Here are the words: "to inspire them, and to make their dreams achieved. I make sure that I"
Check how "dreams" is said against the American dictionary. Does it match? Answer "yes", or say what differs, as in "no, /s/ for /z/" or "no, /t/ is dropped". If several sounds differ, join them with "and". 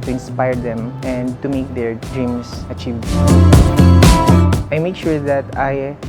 no, /s/ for /z/